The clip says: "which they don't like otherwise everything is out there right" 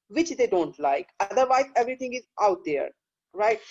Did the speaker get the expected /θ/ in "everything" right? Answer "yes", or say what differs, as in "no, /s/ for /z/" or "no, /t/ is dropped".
no, /t/ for /θ/